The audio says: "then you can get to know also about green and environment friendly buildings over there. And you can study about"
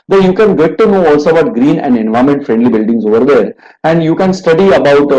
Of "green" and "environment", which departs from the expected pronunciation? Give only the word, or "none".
environment